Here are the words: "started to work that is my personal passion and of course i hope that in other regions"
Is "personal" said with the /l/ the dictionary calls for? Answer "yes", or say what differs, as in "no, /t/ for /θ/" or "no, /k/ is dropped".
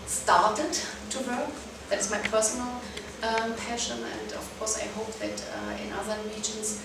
yes